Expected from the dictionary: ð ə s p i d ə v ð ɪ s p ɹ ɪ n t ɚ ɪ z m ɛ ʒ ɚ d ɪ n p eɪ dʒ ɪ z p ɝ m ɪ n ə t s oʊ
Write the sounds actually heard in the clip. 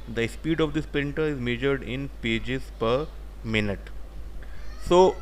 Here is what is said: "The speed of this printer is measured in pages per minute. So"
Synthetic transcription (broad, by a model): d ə s p i d ə v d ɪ s p ɹ ɪ n t ɚ ɪ z m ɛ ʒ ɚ d ɪ n p eɪ dʒ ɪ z p ɝ m ɪ n ə t s oʊ